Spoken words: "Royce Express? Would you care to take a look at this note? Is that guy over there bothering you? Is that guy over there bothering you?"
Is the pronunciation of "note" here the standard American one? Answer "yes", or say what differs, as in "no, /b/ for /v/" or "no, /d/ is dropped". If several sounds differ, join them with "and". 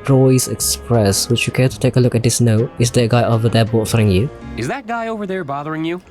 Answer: no, /t/ is dropped